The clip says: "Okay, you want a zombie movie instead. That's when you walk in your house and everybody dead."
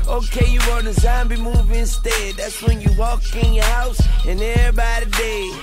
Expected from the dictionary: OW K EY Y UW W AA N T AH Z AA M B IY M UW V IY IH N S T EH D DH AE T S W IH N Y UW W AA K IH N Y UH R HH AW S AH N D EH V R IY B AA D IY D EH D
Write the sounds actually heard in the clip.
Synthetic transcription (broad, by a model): OW K EY Y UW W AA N AH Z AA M B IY M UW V IH N S T EH D DH AE T S W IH N Y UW W AA K IH N Y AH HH HH AW S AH N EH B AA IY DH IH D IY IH